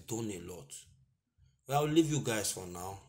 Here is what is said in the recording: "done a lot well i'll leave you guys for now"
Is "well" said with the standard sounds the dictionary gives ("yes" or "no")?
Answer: no